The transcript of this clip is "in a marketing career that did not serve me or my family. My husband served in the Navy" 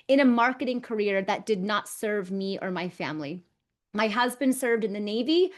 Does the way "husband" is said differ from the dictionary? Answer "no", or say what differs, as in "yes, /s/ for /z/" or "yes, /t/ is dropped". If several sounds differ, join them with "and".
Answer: no